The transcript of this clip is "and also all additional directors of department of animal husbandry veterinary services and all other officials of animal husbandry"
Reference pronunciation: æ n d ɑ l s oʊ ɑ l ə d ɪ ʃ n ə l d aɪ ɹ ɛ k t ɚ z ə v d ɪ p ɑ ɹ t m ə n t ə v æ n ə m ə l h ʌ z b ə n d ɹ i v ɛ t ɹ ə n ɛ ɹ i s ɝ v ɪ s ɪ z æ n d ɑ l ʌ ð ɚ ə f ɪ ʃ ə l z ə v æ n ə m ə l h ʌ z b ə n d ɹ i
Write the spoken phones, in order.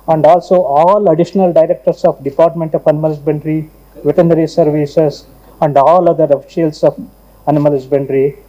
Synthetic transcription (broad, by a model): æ n d ɑ l s oʊ ɑ l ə d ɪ ʃ n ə l d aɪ ɹ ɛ k t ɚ s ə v d ɪ p ɑ ɹ t m ə n t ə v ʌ n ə m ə l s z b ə n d ɹ i v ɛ t ə n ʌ ɹ i s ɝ v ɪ s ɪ s æ n d ɑ l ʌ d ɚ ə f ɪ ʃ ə l s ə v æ n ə m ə l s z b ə n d ɹ i